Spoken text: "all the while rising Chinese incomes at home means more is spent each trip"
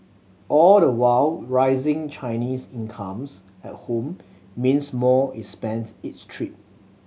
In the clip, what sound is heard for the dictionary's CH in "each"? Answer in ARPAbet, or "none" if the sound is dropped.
S